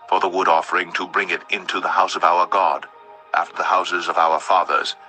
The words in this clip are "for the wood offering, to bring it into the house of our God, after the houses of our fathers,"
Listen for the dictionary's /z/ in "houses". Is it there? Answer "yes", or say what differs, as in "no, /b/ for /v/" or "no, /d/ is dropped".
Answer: yes